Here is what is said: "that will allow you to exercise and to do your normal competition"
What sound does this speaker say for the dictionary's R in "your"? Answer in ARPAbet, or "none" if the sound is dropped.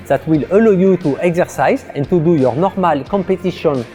R